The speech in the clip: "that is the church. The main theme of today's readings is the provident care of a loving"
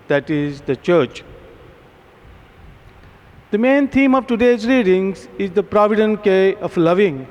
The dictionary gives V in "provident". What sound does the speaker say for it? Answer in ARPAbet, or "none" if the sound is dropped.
V